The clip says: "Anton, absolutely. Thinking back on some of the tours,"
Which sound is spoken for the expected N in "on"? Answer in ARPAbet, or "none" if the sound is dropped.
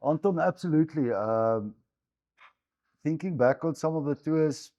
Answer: L